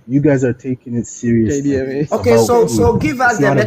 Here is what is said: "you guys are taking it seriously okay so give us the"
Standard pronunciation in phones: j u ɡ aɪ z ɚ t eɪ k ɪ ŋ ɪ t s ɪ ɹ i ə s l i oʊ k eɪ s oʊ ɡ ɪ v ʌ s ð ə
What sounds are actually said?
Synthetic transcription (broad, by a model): j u ɡ aɪ z ɚ t eɪ k ɪ ŋ ɪ t s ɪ ɹ i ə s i oʊ k eɪ s oʊ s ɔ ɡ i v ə